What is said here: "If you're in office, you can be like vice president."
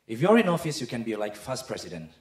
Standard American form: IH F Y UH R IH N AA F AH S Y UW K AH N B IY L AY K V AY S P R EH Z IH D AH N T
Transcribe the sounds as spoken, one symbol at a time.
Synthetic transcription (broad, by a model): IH F Y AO R IH N AA F AH S Y UW K AH N B IY L AY K F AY S P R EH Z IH D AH N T